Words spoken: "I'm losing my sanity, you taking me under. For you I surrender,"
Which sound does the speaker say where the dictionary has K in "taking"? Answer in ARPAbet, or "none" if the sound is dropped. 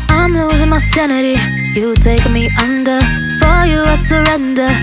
none